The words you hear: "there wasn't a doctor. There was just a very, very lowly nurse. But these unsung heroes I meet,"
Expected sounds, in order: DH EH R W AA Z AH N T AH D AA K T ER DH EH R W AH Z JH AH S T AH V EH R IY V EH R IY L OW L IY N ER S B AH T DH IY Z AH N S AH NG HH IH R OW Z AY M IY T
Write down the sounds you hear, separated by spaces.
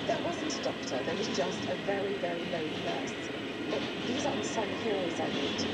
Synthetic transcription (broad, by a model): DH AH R W AA Z AH N T AH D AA K T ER DH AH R W AH Z JH AH S T AH V EH R IY V EH R IY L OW IY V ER S B AH T DH IY Z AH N S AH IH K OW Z AY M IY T